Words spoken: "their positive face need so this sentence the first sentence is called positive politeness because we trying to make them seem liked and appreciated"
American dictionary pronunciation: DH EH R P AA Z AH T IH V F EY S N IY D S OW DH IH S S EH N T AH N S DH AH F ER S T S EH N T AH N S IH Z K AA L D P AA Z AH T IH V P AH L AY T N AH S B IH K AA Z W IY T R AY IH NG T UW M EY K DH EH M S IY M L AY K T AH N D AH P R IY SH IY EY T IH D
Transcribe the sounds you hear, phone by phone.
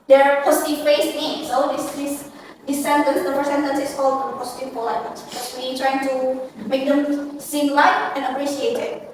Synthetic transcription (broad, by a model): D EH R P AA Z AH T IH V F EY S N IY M S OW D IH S S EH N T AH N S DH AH P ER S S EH N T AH N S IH S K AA L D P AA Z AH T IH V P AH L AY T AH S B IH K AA S W IY T R AY IH NG T UW M EY K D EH M S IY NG L AY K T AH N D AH P R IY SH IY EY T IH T